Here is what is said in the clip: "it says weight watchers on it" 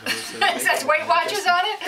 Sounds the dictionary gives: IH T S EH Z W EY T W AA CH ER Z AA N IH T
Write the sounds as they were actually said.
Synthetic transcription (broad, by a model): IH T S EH S W EY T W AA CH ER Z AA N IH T